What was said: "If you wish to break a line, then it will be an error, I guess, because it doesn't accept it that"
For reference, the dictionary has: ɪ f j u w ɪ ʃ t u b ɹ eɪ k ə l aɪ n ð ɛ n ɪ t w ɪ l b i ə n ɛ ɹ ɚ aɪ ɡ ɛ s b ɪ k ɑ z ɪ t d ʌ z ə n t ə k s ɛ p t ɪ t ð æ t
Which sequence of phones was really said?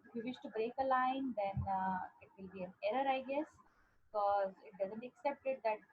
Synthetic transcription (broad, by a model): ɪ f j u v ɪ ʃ t u b ɹ eɪ k ə l aɪ n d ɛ n ɪ t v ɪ l b i ə n ɛ ɹ ɚ aɪ ɡ ɛ s b ɪ k ɑ z ɪ t d ʌ z ə n t ə k s ɛ p t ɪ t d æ t